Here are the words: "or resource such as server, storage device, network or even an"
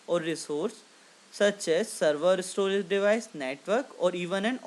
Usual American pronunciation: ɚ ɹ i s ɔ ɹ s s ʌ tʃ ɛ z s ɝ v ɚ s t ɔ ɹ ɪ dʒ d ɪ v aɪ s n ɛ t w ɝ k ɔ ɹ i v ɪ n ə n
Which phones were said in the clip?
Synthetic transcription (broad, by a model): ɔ ɹ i s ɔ ɹ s s ʌ tʃ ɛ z s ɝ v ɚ s t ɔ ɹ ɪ z d ɪ v aɪ s n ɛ t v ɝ k ɔ ɹ i v ɪ n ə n